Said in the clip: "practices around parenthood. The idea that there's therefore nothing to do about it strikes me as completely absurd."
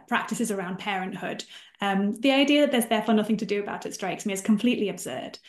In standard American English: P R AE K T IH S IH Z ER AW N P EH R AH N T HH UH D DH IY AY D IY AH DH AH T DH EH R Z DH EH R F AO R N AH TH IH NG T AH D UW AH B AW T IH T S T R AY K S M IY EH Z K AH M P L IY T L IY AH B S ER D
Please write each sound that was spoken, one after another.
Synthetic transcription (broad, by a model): P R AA K T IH S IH Z ER AW N P EH R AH N T HH UH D DH IY AY D IY AH DH AH T DH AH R Z DH EH F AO N AH TH IH NG T AH D AH B AW T IH T S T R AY K S M IY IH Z K AH M P L IY T L IY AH B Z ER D